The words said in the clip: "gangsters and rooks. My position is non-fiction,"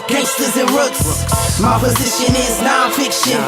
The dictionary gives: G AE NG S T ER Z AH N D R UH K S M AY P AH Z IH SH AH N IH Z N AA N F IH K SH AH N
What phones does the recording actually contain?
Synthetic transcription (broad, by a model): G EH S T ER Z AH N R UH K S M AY P AH Z IH SH AH N IH Z N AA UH F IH K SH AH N